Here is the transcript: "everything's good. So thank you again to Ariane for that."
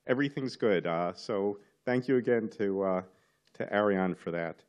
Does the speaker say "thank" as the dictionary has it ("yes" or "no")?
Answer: yes